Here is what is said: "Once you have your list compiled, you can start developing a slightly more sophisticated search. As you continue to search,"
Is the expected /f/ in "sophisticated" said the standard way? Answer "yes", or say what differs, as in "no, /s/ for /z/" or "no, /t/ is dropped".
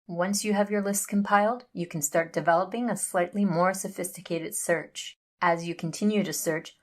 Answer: yes